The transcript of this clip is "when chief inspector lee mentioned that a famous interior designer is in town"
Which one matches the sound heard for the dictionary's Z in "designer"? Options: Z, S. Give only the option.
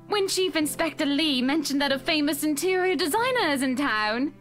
Z